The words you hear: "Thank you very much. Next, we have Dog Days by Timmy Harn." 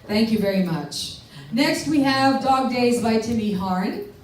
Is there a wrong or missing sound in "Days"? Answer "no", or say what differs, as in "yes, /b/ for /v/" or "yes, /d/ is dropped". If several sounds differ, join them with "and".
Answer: no